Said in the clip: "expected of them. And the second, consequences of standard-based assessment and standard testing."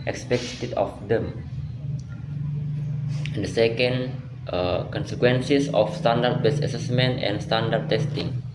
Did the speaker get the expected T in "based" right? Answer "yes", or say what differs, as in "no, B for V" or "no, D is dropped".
no, T is dropped